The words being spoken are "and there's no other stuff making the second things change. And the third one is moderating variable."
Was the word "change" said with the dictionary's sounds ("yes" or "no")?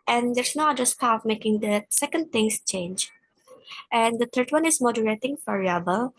yes